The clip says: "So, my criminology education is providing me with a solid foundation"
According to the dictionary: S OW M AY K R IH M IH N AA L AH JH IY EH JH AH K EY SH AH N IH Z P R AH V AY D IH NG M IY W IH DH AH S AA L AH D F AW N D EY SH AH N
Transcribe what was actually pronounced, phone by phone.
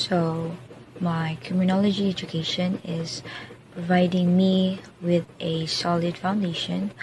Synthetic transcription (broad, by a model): S OW M AY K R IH M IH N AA L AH JH IY EH JH AH K EY SH AH N IH Z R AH IH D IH NG M IY W IH DH AH S AA L AH D F AW N D EY SH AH N